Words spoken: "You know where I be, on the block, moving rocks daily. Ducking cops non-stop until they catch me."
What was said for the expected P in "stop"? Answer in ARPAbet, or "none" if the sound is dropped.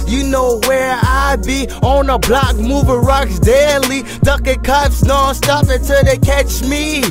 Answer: F